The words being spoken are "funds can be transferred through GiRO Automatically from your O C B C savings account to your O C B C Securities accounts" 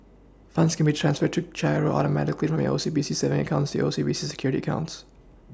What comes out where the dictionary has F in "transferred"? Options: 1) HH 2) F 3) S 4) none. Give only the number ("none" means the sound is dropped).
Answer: 2